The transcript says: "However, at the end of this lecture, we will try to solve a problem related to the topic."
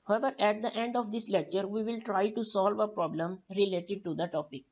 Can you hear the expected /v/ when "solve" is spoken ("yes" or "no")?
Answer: yes